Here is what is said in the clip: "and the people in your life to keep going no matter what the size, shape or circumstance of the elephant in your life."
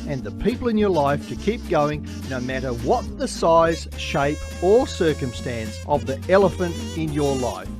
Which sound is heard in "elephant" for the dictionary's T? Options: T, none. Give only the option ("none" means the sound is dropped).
T